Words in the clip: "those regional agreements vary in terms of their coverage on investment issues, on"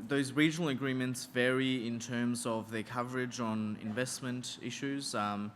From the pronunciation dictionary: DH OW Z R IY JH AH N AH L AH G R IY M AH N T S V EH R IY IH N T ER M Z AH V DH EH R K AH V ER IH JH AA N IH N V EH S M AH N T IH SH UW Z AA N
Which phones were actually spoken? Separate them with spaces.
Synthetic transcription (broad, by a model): DH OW Z R IY JH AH N L AH G R IY M AH N T S V EH R IY IH N T ER M Z AH V DH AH R K AH V ER IH JH N IH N V EH S M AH N T IH SH UW Z